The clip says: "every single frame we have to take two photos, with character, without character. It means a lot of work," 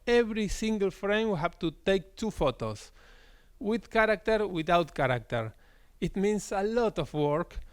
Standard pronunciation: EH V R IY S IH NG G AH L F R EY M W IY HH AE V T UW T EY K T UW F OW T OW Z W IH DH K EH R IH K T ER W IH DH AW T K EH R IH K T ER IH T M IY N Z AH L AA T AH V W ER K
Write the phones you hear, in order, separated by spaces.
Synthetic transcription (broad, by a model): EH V R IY S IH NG G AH L F R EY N W IY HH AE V T UW T EY K T UW F OW T OW S W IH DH K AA R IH K T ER W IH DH AW T K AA R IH K T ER IH T M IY N S AH L AA T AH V W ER K